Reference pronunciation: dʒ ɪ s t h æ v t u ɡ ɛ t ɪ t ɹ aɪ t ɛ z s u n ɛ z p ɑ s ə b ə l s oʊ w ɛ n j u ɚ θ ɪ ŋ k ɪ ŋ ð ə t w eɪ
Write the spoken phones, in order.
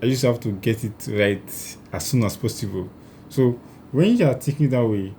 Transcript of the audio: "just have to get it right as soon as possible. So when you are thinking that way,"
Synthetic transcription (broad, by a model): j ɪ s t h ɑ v t u ɡ ɛ t ɪ t ɹ aɪ t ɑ s u n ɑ s p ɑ s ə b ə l s oʊ w ɛ n j u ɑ t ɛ k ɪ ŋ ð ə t w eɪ